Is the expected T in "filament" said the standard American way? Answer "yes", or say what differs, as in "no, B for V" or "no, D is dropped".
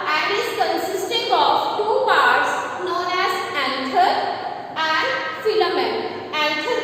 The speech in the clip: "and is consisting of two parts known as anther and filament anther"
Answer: no, T is dropped